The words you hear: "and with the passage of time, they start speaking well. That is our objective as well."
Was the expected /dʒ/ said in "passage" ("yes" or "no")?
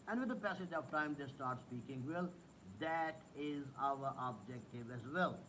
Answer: yes